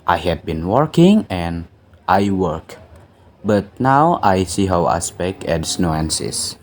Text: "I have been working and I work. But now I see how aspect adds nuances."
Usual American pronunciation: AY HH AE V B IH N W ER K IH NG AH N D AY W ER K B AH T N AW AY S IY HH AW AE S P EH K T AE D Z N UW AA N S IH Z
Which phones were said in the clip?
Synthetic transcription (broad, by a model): AY HH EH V B IH N W ER K IH NG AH N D AY W ER K B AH T N AW AY S IY HH AW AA S P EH K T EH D S N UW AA N S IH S